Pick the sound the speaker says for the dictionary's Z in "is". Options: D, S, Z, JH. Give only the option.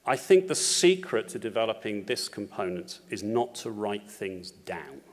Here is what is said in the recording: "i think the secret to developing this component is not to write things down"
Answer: Z